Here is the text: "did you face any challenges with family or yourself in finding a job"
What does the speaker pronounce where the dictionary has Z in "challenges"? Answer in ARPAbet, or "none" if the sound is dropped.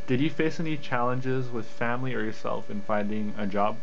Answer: Z